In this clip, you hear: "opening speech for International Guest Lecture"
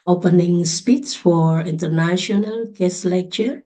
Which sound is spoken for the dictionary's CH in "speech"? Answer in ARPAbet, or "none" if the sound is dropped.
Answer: S